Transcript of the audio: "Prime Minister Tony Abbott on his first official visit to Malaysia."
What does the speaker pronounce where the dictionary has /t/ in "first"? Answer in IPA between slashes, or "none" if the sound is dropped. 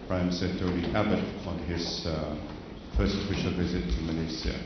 /t/